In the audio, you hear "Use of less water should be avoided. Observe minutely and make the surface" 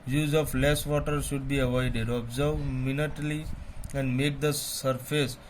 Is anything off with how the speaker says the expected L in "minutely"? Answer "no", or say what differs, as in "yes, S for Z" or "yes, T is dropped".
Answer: no